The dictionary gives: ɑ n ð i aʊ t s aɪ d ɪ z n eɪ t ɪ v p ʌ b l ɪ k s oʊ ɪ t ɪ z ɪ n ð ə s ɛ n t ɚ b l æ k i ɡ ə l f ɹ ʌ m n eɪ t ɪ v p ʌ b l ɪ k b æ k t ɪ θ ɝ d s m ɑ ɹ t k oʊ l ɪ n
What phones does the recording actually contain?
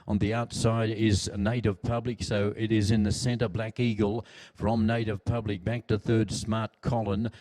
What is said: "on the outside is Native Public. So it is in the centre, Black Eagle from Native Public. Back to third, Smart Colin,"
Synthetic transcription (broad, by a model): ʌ n ð i aʊ t s aɪ d ɪ z n eɪ t ɪ v p ʌ b l ɪ k s oʊ ɪ t ɪ z ɪ n ð ə s ɛ n t ɚ b l æ k i ɡ ə l f ɹ ʌ m n eɪ t ɪ v p ʌ b l ɪ k b æ k t ɪ θ ɝ d s m ɑ ɹ t k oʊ l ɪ n